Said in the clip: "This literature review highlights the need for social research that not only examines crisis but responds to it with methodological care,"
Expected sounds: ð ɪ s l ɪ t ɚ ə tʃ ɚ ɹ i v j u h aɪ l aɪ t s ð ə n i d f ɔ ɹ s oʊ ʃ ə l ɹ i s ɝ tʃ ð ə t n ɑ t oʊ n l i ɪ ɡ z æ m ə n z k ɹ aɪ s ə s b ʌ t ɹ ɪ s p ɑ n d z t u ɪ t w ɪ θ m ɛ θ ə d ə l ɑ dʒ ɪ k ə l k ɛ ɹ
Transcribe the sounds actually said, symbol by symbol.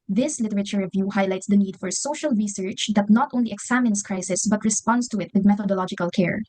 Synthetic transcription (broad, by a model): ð ɪ s l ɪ t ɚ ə tʃ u ɹ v j u h aɪ l aɪ t s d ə n i d f ɔ ɹ s oʊ ʃ ə l ɹ i s ɝ tʃ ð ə t n ɑ t oʊ n l i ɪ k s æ m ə n s k ɹ aɪ s ə s b ʌ t ɹ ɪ s p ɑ n d s t u ɪ t w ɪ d m ɛ θ ə d ə l ɑ dʒ ɪ k ə l k ɛ ɹ